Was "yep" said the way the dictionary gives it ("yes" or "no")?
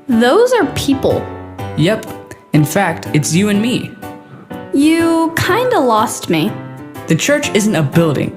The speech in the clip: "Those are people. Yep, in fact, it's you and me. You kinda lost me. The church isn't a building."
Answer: yes